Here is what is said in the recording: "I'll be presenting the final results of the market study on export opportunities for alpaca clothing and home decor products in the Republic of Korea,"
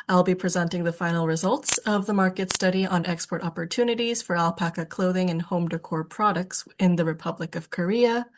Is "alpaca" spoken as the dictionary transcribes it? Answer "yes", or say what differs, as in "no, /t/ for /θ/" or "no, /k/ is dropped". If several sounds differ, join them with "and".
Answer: yes